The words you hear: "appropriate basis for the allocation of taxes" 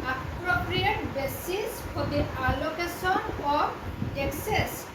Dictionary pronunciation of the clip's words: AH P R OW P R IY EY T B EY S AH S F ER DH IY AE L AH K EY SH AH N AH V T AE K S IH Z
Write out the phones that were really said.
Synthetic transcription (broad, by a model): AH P R OW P R IY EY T B EY S AH S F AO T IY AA L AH K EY S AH N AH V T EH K S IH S